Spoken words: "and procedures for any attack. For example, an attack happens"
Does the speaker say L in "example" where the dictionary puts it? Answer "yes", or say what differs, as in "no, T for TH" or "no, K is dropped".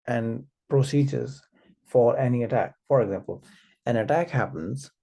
yes